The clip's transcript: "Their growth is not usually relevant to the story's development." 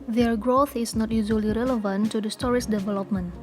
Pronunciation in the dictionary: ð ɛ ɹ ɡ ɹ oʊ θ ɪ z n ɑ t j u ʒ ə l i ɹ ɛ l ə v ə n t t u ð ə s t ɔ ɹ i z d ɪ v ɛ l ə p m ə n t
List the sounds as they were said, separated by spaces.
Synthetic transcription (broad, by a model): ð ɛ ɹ ɡ ɹ oʊ θ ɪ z n ɑ t j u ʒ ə l i ɹ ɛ l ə v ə n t t u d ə s t ɔ ɹ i s d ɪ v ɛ l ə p m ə n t